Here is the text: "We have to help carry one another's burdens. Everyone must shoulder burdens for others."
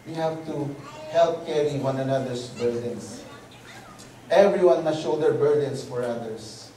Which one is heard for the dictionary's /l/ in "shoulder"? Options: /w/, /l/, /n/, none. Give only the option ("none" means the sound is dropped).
none